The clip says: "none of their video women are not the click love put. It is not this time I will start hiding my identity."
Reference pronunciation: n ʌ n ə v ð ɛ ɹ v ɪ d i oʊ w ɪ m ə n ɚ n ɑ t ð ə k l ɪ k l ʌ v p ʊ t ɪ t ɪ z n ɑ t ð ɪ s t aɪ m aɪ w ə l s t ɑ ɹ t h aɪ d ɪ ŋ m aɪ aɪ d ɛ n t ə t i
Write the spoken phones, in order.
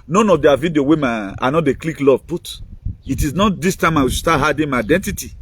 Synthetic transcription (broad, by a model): n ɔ n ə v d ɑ v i d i oʊ w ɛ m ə ɑ n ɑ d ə k l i k l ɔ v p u t ɪ t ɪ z n ɑ t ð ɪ s t aɪ m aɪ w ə s t ɑ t h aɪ d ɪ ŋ m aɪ aɪ d ɛ n t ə t i